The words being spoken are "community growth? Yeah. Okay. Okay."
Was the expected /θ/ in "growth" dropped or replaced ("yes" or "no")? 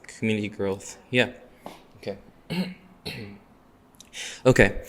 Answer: no